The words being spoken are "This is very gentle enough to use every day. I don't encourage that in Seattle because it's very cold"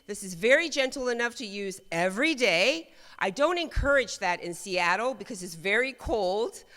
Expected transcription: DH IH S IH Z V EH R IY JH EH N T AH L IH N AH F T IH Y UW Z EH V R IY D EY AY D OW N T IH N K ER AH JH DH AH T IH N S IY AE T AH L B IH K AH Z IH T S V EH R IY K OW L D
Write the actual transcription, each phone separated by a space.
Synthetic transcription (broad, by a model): DH IH S IH Z V EH R IY JH EH N T L IH N AH F T IH Y UW Z EH V R IY D EY AY D OW N T IH N K ER AH JH DH AH T IH N S IY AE T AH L B IH K AH Z IH T S V EH R IY K OW L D